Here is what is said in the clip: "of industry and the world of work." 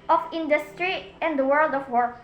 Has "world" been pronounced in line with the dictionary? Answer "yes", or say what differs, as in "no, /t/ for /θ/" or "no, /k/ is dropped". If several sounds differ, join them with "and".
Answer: yes